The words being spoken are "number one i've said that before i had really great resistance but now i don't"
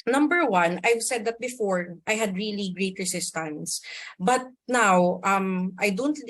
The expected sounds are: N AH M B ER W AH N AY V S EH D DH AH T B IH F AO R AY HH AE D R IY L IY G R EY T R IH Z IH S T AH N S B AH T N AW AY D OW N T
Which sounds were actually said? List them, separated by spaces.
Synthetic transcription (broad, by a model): N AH M B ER W AH N AY V S EH D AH T B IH F AO R AY HH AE D R IY L IY G R EY T R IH S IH S T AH N S B AH T N AW AY D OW N T